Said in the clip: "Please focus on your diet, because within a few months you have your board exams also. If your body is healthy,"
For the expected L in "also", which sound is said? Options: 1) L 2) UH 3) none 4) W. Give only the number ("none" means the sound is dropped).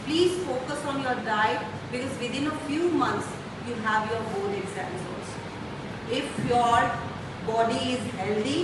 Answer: 3